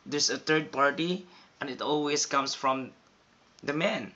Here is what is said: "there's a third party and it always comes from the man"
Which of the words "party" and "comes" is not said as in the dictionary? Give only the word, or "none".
comes